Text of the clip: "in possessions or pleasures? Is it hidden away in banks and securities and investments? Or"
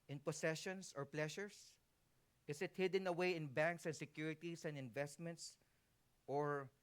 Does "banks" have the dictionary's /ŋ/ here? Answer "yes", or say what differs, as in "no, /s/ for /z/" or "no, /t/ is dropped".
yes